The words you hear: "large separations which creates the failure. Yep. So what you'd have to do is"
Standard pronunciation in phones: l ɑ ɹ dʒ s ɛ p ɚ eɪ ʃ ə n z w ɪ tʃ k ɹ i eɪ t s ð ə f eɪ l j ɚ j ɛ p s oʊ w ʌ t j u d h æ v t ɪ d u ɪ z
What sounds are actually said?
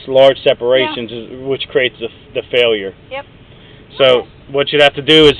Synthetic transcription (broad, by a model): l ɑ ɹ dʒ s ɛ p ɚ eɪ ʃ ə n z w ɪ tʃ k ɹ i eɪ t s ð ə f eɪ l j ɚ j s oʊ w ʌ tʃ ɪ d h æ f t ɪ d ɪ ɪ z